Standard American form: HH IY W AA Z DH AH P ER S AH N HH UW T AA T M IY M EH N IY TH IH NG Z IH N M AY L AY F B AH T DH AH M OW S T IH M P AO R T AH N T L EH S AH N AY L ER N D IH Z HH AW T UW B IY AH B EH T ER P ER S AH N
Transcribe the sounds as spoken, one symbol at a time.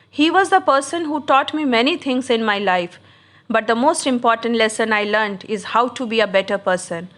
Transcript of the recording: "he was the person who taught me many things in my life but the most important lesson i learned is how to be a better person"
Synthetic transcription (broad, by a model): HH IY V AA Z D AH P ER S AH N HH UW T AA T M IY M EH N IY T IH NG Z IH N M AY L AY F B AH T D AH M OW S T IH M P AO R T AH N T L EH S AH N AY L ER N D IH Z HH AW T UW B IY AH B EH T ER P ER S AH N